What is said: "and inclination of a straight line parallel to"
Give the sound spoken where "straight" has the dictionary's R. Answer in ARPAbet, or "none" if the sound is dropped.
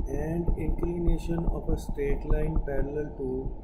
R